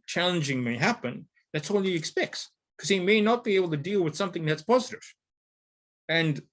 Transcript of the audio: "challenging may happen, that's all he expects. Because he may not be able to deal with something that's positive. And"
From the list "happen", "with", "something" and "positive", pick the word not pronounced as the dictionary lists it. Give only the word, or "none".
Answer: none